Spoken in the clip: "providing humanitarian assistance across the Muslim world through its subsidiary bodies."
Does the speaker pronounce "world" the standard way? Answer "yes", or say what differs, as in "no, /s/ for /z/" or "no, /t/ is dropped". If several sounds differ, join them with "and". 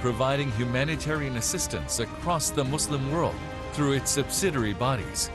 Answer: yes